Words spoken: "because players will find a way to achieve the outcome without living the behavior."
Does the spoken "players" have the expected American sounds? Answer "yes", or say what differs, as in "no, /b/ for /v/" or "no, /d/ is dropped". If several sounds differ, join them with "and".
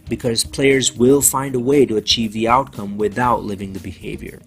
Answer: yes